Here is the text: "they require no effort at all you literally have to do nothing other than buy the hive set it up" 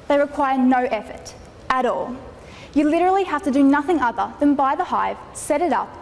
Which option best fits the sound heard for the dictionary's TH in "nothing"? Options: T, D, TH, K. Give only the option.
TH